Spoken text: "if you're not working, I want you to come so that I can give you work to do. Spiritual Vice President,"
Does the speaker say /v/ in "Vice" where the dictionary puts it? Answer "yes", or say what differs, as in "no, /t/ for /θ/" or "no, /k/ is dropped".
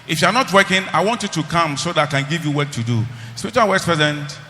no, /w/ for /v/